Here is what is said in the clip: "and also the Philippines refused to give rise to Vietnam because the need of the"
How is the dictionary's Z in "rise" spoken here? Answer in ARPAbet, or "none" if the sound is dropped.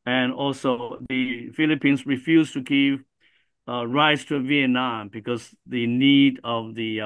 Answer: S